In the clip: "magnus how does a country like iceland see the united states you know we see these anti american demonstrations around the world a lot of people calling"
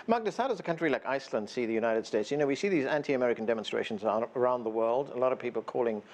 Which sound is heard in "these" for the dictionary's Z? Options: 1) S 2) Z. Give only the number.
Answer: 2